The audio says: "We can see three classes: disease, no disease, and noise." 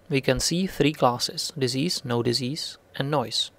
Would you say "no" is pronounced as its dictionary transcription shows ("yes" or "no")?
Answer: yes